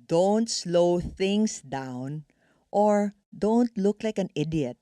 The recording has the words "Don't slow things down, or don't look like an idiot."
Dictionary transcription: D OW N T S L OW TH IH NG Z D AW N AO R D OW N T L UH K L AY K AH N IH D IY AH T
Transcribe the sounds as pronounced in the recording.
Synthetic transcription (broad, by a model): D OW N T S L OW TH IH NG S D AW N AO R D OW N T L UH K L AY K AH N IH D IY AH T